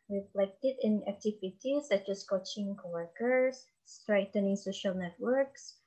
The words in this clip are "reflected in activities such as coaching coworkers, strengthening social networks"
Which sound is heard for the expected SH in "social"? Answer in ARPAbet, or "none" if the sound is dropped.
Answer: SH